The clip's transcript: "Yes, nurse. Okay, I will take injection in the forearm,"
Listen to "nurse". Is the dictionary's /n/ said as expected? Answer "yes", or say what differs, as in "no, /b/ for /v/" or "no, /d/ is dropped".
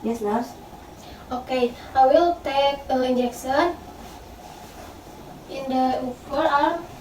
no, /l/ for /n/